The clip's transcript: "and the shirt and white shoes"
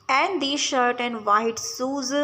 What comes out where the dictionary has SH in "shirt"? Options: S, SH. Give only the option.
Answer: SH